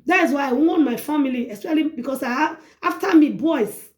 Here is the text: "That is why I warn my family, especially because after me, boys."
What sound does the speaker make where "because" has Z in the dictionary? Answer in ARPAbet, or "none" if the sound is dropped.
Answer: S